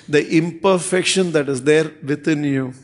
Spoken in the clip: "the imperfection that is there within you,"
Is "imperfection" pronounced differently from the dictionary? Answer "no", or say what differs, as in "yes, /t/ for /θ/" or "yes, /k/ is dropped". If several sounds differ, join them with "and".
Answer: no